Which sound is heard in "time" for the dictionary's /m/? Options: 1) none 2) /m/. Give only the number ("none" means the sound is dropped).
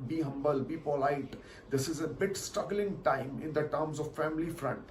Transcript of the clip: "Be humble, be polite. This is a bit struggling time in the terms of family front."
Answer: 2